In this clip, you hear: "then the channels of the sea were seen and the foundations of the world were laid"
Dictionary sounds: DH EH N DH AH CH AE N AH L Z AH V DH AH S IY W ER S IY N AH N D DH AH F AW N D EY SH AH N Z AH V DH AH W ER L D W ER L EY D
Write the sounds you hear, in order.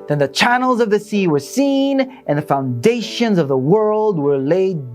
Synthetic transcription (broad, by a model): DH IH N DH AH CH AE N L Z AH V DH AH S IY W ER S IY N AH N DH AH F AW N D EY SH AH N Z AH V DH AH W ER L D W ER L EY D